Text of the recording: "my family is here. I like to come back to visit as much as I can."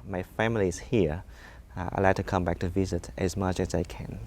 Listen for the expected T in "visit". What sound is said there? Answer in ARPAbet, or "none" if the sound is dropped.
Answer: T